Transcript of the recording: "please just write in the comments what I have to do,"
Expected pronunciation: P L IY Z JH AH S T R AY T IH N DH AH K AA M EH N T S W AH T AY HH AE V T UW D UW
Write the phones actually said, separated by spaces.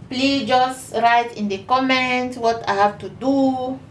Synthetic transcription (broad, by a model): P L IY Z JH AH S T R AY T IH N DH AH K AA M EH N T W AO T AY HH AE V T UW D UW